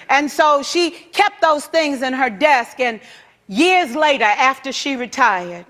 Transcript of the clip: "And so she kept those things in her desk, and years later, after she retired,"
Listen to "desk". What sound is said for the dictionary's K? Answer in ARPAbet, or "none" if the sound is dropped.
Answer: K